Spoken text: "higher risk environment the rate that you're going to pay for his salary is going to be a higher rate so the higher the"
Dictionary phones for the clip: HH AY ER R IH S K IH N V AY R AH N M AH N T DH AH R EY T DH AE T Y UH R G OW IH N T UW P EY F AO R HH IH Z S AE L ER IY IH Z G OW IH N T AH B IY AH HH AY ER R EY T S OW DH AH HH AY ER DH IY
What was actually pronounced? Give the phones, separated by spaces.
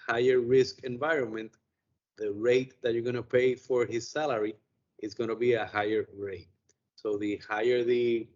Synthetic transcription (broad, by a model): HH AY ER R IH S K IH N V AY R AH N M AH N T DH AH R EY T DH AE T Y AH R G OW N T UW P EY F AO R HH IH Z S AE L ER IY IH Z G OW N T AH B IY AH HH AY ER R EY T S OW DH AH HH AY ER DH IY